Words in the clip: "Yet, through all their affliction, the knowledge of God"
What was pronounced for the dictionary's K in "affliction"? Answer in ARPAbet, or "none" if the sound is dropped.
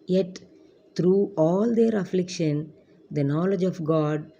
K